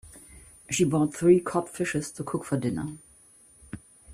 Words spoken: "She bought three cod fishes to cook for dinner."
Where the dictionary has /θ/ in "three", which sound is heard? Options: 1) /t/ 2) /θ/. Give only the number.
2